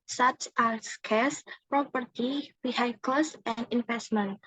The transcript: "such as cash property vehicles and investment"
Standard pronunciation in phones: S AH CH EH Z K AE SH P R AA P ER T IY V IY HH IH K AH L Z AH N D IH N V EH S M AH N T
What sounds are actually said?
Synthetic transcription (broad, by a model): S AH CH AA S K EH S P R AA P ER T IY B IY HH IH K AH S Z AH N D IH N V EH S M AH N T